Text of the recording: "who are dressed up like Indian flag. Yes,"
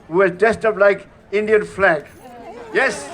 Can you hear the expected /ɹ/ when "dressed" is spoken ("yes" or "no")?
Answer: no